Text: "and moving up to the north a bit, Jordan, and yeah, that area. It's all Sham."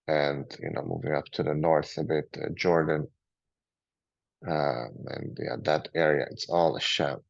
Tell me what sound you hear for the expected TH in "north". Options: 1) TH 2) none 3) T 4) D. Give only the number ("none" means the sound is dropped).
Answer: 1